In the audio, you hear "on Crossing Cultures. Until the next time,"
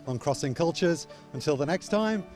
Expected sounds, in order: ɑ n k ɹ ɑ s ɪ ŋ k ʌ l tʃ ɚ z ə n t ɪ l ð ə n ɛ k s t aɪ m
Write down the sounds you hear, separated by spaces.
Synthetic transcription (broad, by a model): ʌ n k ɹ ɑ s ɪ ŋ k ʌ l tʃ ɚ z ə n t ɪ l ð ə n ɛ k s t aɪ m